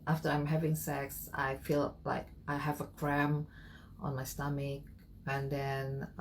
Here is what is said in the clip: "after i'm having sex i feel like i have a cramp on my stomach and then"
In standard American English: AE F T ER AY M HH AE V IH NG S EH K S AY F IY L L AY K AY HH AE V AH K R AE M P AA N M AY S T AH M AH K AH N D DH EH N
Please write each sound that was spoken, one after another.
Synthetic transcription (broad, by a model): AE F T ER AY M HH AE V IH NG S EH K S AY F IY L L AY K AY HH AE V AH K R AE M AA N M AY S T AH M AH K AH N D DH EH N